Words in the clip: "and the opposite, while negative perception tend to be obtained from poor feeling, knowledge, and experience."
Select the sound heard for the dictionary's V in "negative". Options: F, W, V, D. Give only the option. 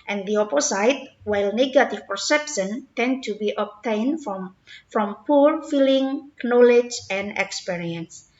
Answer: F